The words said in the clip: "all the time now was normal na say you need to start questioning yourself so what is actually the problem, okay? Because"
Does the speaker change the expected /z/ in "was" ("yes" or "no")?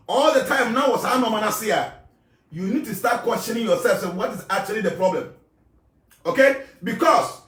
yes